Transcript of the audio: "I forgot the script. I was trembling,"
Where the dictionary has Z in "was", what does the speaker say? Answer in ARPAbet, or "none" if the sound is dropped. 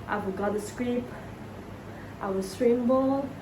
S